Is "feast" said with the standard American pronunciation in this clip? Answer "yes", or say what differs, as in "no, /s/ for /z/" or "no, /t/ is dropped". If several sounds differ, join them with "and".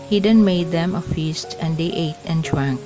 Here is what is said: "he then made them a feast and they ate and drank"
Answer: yes